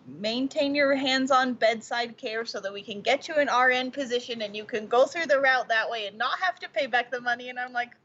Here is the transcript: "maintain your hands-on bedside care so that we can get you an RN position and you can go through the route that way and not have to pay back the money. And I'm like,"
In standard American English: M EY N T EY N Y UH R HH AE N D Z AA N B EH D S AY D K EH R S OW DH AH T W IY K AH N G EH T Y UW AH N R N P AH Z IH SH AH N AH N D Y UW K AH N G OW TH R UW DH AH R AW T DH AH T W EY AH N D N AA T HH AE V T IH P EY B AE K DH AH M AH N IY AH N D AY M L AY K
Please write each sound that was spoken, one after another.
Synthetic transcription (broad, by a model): M EY N T EY N Y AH R HH AE N D Z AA N B EH D S AY D K EH R S OW DH AH T W IY K AH N G EH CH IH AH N R N P AH Z IH SH AH N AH N Y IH K AH N G OW TH R UW DH AH R AW T DH AH T W EY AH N N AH T HH AE F T IH P EY B AE K DH AH M AH N IY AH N AY M L AY K